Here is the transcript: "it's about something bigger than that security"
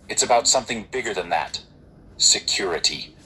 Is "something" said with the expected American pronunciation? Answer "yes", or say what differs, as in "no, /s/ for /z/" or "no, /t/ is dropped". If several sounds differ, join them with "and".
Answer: yes